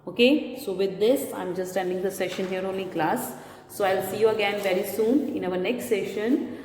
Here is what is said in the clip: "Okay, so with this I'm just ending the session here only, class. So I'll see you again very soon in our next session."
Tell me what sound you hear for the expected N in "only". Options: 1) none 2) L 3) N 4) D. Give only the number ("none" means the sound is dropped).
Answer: 1